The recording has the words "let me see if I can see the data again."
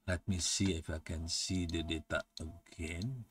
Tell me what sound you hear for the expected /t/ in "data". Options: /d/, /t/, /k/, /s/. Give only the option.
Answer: /t/